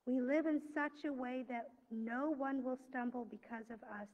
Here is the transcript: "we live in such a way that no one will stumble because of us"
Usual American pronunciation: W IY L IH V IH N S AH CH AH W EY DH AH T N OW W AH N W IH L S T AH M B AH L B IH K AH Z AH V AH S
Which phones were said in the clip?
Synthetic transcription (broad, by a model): W IY L IH V IH N S AH CH AH W EY DH AH T N OW W AH N W IH L S T AH M B L B IH K AH Z AH V AH S